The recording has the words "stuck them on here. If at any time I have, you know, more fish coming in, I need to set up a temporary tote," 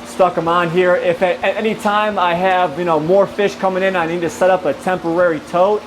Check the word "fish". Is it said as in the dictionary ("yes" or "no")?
yes